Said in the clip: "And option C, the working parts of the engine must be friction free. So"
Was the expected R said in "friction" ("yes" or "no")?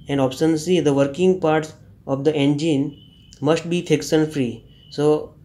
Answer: no